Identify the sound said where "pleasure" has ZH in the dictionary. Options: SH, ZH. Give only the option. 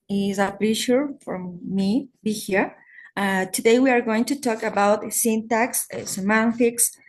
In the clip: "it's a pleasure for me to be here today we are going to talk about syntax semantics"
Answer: SH